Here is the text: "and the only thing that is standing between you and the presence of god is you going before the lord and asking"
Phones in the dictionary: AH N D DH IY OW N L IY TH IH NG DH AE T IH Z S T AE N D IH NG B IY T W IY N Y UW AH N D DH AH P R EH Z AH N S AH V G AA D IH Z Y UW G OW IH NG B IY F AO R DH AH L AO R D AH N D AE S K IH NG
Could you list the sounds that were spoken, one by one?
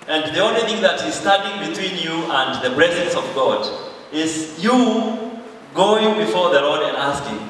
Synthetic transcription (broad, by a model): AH N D DH IY OW N L IY TH IH NG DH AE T IH Z S T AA D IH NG B IY T W IY N Y UW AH N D DH AH P R EH Z AH N S AH V G AA D IH Z Y UW G OW IH NG B IY F AO R DH AH L AO R D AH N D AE S K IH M